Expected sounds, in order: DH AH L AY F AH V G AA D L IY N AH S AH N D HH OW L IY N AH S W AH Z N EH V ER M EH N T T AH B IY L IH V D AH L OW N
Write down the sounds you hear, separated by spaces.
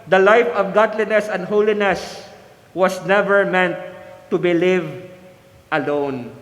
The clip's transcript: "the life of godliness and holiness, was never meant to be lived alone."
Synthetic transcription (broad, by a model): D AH L AY F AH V G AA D L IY N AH S AH N D HH OW L IY N AH S W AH S N EH V ER M EH N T T AH B IY L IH V AH L OW N